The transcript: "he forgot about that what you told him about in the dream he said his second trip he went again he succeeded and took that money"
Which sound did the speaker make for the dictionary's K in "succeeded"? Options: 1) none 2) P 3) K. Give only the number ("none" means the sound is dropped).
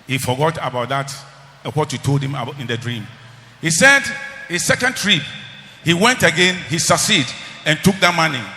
1